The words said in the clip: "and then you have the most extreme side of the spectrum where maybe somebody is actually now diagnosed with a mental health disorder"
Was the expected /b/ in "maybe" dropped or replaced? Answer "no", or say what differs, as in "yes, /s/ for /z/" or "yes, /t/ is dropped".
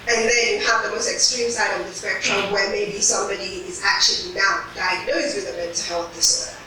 no